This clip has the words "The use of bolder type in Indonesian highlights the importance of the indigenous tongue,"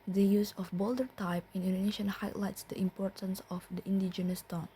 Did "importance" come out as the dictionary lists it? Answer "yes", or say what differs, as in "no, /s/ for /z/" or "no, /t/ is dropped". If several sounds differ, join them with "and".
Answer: yes